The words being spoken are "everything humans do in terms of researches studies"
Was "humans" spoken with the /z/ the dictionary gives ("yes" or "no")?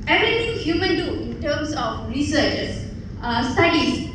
no